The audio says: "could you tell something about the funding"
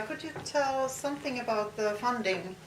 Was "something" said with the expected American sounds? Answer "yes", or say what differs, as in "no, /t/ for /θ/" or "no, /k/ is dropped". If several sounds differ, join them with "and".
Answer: yes